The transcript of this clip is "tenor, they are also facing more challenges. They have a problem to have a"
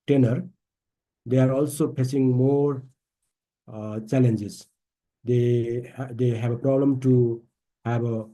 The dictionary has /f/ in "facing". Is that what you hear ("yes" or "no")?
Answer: no